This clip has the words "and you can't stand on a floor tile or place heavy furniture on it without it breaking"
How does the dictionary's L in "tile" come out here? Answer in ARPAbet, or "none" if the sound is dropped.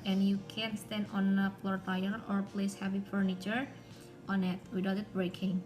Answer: N